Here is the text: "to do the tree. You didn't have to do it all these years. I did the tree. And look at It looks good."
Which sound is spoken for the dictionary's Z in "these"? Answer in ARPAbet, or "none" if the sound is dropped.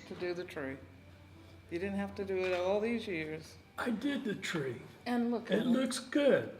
Z